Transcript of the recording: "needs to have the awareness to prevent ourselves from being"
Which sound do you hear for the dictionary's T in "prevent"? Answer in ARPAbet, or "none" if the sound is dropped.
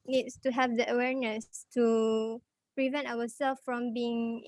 T